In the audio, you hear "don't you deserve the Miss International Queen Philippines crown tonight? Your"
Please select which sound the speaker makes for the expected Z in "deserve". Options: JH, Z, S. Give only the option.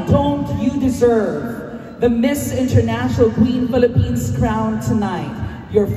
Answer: Z